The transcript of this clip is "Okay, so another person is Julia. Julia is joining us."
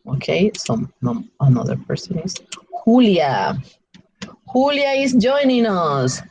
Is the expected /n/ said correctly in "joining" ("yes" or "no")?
yes